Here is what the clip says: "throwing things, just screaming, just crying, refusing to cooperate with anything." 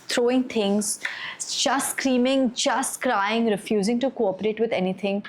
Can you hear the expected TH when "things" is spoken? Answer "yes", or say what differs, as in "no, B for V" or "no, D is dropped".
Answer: no, T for TH